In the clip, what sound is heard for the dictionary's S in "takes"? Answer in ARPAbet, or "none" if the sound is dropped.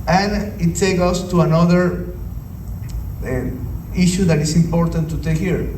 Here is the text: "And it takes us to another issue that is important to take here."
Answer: none